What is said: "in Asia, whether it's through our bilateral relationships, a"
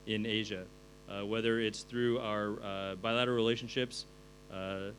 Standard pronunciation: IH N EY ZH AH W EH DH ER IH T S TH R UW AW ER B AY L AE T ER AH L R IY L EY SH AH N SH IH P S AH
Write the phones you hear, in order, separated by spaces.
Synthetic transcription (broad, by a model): IH N EY ZH AH W EH DH ER IH T S TH R UW AW ER B AY L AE T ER AH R R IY L EY SH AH N SH IH P S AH